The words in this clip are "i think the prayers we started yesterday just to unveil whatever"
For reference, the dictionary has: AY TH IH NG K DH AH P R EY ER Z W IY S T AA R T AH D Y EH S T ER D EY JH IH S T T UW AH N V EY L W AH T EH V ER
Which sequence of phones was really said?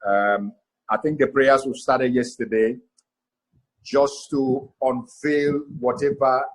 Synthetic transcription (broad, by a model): AY TH IH NG K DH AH P R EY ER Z W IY S T AA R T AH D Y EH S T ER D EY JH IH S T T UW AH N F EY L W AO T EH V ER